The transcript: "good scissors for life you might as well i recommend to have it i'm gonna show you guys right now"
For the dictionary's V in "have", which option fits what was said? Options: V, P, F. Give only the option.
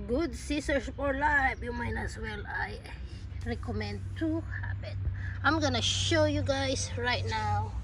P